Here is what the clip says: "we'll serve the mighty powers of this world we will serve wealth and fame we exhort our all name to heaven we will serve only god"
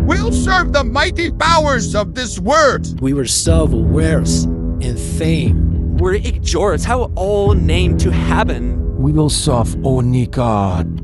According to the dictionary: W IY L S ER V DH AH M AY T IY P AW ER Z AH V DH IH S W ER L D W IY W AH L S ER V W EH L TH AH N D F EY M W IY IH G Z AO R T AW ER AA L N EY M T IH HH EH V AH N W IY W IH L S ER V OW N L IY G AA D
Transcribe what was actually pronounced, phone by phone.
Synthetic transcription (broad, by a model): W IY L S ER V DH AH M AY T IY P AW ER Z AH V DH IH S W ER D W IY W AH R S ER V W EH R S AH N F EY M W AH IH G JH AO R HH AW AA L N EY M T IH HH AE P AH N W IY W IH L S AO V OW N IY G AA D